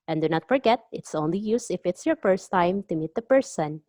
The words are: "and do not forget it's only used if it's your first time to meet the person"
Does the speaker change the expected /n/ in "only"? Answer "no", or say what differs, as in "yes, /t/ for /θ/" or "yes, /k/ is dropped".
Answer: no